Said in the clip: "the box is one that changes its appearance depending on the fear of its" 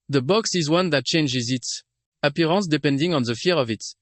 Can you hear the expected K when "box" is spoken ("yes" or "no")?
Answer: yes